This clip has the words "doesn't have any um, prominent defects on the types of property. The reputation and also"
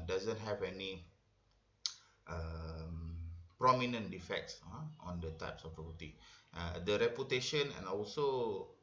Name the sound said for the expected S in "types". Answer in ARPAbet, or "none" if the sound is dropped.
S